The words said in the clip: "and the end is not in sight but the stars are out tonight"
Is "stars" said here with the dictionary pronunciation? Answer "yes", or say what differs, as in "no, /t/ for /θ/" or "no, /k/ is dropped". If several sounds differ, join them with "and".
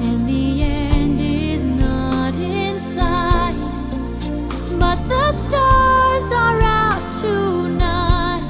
yes